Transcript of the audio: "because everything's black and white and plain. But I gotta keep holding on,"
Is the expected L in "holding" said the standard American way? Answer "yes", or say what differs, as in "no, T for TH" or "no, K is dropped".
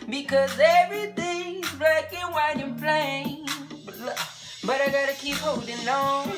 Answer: no, W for L